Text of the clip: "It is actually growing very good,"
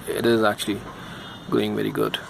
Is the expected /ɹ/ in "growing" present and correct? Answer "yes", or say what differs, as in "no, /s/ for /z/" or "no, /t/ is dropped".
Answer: no, /ɹ/ is dropped